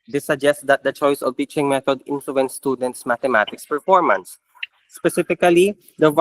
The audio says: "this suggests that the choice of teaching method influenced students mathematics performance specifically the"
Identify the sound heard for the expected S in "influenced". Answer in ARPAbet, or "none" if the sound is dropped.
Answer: none